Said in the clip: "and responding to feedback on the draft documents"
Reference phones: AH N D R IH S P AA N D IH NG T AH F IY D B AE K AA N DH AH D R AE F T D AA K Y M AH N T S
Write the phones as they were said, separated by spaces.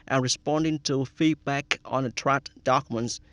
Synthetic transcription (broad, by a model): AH N R IH S P AA N D IH NG T AH F IY D B AE K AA N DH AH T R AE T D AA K Y M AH N T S